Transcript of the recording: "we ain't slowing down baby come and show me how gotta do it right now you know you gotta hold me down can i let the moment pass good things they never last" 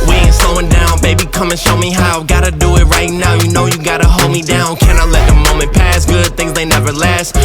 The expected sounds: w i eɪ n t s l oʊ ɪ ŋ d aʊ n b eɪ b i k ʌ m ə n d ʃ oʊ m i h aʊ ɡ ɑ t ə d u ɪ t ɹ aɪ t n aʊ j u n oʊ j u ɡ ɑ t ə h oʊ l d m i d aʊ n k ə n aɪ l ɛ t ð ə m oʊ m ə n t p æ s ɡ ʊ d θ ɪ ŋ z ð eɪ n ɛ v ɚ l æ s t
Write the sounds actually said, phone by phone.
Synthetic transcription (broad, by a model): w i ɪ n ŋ s oʊ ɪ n d aʊ n b eɪ b i k ʌ m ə n ʃ oʊ m i h aʊ ɡ ɑ t ə d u ɪ t ɹ aɪ t n aʊ j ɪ n oʊ j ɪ ɡ ɑ t ə h oʊ l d m i d aʊ n k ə n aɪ l ɛ t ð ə m oʊ m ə n p æ s ɡ ʊ d θ ɪ ŋ z ð eɪ n ɛ v ɚ l æ s t